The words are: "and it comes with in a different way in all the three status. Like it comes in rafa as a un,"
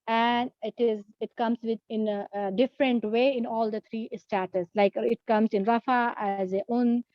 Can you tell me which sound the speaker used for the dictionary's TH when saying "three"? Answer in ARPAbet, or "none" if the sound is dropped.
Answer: T